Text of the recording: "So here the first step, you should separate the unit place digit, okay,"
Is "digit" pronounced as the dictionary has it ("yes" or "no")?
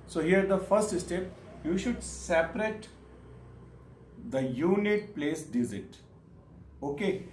no